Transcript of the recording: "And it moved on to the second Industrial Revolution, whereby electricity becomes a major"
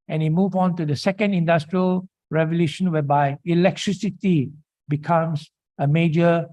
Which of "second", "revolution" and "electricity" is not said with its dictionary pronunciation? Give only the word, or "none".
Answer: none